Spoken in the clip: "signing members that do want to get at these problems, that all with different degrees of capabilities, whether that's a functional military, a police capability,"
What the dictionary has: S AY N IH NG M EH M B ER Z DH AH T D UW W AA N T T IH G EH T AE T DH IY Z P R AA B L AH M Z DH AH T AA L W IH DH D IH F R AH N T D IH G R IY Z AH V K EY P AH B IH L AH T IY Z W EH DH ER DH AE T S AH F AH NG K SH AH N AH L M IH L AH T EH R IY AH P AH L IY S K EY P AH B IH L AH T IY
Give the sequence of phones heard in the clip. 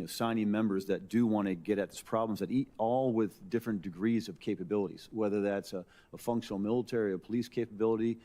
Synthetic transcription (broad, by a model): S AY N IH M EH M B ER Z DH AH T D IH W AA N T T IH G EH T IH T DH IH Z P R AA B L AH M Z DH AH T AA L W IH DH D IH F R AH N D IH G R IY Z AH V K EY P AH B IH L AH T IY Z W EH DH ER DH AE T S AH F AH NG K SH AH N L M IH L AH T EH R IY AH P AH L IY S K EY P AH B IH L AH T IY